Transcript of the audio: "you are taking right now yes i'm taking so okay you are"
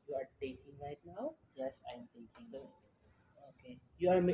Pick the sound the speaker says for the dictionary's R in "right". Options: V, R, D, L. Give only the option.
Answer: L